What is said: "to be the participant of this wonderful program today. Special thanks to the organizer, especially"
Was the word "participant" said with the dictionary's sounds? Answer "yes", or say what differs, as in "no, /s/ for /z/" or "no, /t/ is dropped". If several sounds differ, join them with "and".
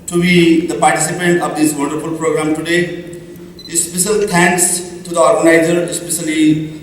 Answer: yes